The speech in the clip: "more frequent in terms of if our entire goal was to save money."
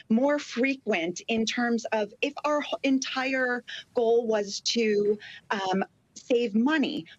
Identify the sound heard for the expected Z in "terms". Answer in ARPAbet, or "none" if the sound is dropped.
Z